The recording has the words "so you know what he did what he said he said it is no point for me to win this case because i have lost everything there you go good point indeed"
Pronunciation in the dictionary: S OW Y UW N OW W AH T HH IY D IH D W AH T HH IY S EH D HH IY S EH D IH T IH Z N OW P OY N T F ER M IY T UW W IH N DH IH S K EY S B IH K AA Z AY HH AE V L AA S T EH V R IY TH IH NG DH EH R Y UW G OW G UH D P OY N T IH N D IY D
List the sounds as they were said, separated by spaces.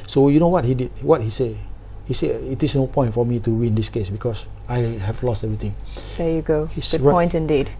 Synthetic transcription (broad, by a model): S OW Y UW N OW W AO T HH IY D IH D W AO T HH IY S EH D HH IY S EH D IH T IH S N OW P OY N T F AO M IY T UW W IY N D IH S K EY S B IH K AA S AY HH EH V L AA S T EH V R IY T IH NG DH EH Y UW G OW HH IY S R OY N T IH N D IY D